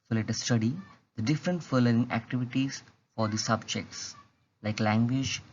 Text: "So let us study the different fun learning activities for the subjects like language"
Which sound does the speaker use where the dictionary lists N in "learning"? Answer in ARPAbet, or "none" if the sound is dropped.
none